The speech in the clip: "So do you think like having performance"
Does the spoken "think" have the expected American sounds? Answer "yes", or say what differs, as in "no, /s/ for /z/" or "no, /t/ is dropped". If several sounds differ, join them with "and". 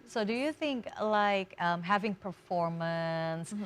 yes